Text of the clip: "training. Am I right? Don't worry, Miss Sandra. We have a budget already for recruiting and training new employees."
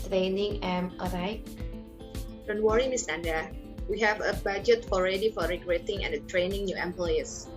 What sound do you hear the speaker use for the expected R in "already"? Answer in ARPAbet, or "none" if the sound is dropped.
R